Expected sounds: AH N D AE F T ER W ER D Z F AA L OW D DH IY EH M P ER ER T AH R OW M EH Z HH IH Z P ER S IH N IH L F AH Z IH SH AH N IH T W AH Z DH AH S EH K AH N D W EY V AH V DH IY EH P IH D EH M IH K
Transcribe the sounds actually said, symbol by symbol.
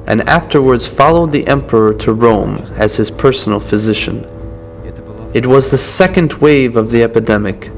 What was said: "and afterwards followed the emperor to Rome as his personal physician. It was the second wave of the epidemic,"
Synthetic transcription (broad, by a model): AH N AE F T ER W ER D Z F AA L OW D DH IY EH M P ER ER T AH R OW M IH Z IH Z P ER S N L F AH Z IH SH AH N IH T W AH Z DH AH S EH K AH N D W EY V AH V DH IY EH P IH D EH M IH K